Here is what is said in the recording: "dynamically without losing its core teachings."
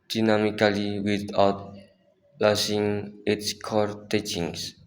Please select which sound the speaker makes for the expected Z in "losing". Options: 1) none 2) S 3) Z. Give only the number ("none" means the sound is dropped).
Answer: 2